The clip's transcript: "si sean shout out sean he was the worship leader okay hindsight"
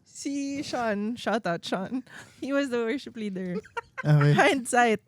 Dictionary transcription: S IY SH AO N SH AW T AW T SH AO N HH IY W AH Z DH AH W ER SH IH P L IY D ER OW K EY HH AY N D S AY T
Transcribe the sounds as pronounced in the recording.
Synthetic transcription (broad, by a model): S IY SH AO N SH AW T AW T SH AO N HH IY W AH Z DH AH W ER SH IH P L IY D ER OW EY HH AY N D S AY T